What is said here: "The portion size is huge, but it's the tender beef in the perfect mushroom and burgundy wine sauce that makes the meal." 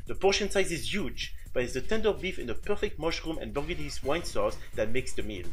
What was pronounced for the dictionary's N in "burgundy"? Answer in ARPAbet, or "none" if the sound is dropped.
none